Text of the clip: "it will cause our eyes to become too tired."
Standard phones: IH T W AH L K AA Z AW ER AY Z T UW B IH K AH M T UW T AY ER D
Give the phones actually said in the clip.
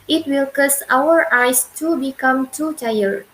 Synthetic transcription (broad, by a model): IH T W AH L K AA S AW ER AY S T UW B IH K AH M T UW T AY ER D